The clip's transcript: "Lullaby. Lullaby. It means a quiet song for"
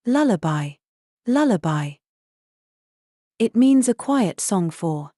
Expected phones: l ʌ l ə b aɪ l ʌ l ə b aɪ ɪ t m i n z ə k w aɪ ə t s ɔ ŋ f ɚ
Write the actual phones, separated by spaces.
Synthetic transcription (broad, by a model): l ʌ l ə b aɪ l ʌ l ə b aɪ ɪ t m i n z ə k w aɪ ə t s ɔ ŋ f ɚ